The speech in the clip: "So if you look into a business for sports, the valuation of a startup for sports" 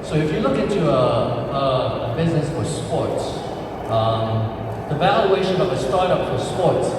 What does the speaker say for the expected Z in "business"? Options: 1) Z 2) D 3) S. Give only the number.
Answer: 1